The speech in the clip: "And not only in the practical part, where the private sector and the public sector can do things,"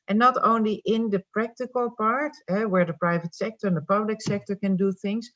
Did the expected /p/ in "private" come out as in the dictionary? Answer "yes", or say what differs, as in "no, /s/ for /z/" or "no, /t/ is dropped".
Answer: yes